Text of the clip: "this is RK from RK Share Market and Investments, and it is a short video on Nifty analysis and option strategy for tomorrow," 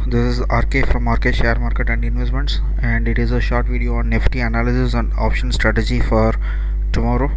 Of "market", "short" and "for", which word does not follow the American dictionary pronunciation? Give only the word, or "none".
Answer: none